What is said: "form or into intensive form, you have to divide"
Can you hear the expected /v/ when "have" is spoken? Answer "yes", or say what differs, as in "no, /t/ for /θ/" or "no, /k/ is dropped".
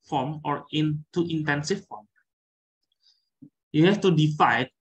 no, /f/ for /v/